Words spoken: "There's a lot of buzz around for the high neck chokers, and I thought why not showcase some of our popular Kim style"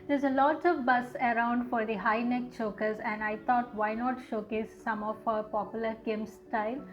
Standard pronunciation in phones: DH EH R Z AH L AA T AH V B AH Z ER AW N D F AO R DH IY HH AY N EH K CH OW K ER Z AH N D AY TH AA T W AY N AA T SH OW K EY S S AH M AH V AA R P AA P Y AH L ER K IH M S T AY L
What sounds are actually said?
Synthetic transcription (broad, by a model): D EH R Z AH L AA T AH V B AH S ER AW N D F AO R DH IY HH AY N EH K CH OW K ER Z AH N D AY T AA T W AY N AA T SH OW K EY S S AH M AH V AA P AA P Y AH L ER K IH M S T AY L